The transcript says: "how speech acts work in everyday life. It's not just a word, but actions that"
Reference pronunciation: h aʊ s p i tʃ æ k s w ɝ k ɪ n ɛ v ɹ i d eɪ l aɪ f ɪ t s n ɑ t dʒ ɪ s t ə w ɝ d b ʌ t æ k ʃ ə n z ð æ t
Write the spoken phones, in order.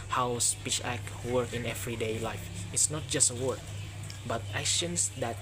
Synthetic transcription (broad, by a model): h aʊ s p i tʃ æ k w ɝ k ɪ n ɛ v ɹ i d eɪ l aɪ f ɪ t s n ɑ t dʒ ɪ s t ə w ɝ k b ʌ t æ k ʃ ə n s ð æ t